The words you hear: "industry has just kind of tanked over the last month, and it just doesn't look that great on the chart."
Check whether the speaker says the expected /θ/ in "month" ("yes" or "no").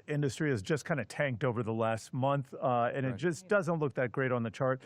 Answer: yes